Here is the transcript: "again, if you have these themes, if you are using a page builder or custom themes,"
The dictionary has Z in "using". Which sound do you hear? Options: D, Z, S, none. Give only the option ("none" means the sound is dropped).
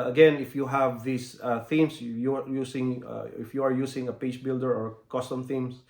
S